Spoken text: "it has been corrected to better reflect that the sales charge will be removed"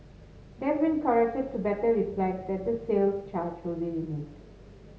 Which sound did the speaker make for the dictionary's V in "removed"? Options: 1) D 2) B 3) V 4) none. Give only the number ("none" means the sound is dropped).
4